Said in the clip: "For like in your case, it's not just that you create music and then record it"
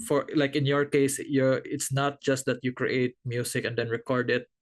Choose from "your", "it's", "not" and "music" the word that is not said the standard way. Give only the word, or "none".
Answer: music